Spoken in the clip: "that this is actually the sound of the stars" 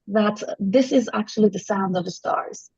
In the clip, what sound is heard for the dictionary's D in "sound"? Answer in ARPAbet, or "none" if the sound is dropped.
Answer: D